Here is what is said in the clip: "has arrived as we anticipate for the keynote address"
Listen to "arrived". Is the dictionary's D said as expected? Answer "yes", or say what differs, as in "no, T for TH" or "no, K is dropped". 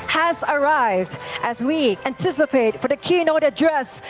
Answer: yes